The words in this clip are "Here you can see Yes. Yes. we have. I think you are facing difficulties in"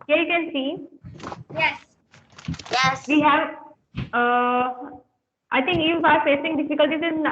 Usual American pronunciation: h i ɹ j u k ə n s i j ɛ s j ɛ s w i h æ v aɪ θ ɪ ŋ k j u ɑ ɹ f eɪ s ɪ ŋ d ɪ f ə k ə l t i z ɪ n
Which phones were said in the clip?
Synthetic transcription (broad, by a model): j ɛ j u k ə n s i j ɛ s j ɛ s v i h æ v aɪ t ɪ ŋ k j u ɑ ɹ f eɪ s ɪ ŋ d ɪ f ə k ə l t i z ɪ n